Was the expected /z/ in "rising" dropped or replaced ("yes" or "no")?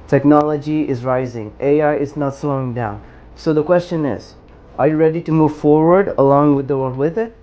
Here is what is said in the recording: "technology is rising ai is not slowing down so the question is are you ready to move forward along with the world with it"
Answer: no